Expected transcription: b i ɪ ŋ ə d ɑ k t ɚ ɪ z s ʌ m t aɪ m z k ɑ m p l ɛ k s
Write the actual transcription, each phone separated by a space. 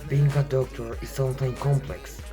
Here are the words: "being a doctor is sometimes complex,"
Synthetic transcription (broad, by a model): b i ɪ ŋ ə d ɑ k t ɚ ɪ z s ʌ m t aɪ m k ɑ m p l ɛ k s